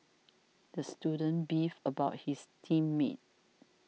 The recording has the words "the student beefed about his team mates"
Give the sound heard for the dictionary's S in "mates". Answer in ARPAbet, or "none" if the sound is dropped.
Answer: none